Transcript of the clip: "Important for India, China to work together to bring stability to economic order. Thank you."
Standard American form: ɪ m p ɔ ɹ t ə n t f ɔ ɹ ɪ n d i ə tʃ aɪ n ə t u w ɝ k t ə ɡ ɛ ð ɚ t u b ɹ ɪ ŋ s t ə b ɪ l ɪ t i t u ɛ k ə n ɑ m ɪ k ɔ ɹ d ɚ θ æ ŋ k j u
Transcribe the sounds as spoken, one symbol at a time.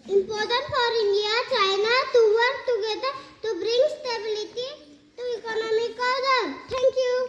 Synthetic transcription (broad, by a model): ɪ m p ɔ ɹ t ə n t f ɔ ɹ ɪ n d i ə tʃ aɪ n ə t u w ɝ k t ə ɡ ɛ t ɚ t u b ɹ ɪ ŋ s t ə b ɪ l ɪ t i t u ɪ k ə n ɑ m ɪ k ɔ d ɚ t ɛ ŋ k j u